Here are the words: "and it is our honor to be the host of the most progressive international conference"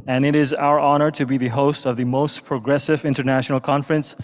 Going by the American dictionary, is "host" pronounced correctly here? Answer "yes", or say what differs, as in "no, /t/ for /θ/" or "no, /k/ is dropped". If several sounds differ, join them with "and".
yes